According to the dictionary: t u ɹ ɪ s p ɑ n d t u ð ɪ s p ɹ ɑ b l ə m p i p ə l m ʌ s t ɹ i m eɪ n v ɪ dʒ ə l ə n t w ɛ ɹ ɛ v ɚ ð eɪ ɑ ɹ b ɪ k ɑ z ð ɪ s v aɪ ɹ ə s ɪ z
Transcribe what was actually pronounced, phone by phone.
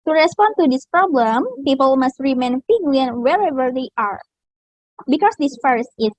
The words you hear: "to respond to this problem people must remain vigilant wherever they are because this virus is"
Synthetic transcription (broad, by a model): t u ɹ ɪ s p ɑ n t u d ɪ s p ɹ ɑ b l ə m p i p ə l m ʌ s t ɹ i m eɪ n f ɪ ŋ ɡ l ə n w ɛ ɹ ɛ v ɚ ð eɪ ɑ ɹ b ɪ k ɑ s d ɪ s f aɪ ɹ s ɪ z